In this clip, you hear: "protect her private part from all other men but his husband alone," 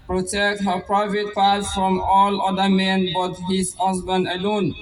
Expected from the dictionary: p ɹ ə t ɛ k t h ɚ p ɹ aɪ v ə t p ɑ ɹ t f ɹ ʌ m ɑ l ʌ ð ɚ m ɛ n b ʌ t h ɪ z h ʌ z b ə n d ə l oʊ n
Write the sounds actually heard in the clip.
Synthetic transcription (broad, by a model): p ɹ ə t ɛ k t h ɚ p ɹ aɪ v ə t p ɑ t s f ɹ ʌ m ɑ l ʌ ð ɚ m ɛ n b ʌ t h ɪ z h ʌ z b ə n d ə l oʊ n